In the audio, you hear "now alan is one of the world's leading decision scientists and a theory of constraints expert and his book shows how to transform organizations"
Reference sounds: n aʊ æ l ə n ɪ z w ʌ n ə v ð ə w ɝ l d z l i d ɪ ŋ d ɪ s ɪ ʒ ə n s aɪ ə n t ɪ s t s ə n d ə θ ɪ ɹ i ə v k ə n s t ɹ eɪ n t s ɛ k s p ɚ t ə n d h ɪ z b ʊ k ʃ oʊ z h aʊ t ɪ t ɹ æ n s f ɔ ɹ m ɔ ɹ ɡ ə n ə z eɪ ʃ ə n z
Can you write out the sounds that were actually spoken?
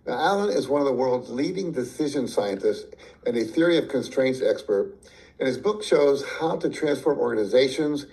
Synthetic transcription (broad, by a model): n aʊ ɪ l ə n ɪ z w ʌ n ə v ð ə w ɝ l d z l i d ɪ ŋ d ɪ s ɪ ʒ ə n s aɪ ə n t ɪ s t s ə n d ə θ ɪ ɹ i ə v k ə n s t ɹ eɪ n t s ɛ k s p ɚ t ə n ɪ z b ʊ k ʃ oʊ z h aʊ t ɪ t ɹ æ n s f ɔ ɹ m ɔ ɹ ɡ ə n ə z eɪ ʃ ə n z